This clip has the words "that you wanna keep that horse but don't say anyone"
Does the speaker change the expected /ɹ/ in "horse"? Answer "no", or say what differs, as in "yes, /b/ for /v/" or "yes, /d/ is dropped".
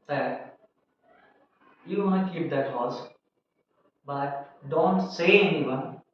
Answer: yes, /l/ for /ɹ/